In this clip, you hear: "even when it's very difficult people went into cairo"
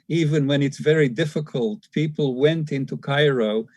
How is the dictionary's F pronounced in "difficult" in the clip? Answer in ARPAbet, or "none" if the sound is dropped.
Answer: F